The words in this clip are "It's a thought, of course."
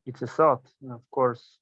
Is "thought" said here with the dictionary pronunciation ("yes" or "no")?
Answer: no